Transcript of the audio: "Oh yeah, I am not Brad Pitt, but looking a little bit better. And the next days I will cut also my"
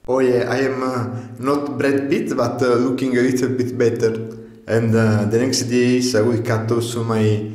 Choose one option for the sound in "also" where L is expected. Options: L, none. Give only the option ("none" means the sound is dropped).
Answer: none